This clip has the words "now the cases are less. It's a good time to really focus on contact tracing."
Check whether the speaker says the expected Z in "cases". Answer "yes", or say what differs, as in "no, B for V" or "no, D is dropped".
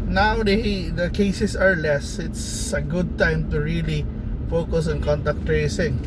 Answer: no, S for Z